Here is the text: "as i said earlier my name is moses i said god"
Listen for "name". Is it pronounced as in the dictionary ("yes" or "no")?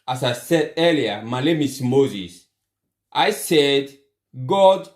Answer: no